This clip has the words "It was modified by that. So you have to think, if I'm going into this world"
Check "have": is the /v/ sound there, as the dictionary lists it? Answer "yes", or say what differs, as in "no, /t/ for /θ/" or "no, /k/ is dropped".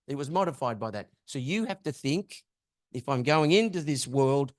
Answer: no, /f/ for /v/